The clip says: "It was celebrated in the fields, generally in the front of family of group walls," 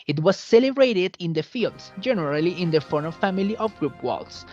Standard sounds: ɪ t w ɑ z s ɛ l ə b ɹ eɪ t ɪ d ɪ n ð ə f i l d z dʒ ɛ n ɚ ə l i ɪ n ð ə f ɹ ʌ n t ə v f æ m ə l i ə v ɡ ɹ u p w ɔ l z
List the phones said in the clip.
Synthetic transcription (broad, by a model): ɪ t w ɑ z s ɛ l ə b ɹ eɪ t ɪ d ɪ n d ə f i l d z dʒ ɛ n ɚ ə l i ɪ n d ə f ʌ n ə f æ m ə l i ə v ɡ ɹ u p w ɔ l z